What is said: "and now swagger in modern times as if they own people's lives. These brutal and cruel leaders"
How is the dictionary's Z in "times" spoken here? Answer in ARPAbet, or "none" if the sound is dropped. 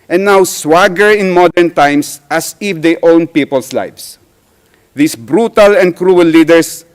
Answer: S